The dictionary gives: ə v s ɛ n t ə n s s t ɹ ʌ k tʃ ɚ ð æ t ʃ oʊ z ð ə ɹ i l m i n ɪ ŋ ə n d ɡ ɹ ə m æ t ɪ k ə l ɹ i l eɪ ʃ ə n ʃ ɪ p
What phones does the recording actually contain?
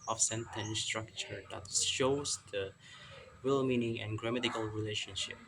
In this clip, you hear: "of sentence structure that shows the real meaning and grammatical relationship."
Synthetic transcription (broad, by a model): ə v s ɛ n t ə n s s t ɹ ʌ k tʃ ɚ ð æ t ʃ oʊ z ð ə w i l m i n ɪ ŋ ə n ɡ ɹ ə m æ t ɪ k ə l ɹ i l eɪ ʃ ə n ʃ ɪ p